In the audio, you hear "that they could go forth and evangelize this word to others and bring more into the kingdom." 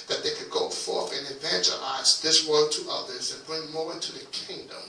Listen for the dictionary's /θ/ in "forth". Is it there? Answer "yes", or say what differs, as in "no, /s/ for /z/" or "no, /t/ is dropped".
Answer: yes